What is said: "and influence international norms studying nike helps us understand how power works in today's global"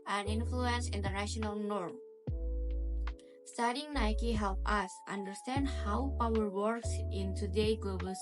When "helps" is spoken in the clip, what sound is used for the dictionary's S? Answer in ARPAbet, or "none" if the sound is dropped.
none